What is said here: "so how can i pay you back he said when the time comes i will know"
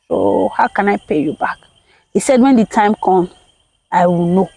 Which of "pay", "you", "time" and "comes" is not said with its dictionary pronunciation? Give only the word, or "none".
comes